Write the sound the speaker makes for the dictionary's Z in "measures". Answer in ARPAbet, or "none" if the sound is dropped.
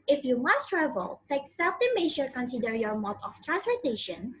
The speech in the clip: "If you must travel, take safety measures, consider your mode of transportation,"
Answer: none